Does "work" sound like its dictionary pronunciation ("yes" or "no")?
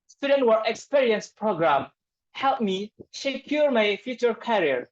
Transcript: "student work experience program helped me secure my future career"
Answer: no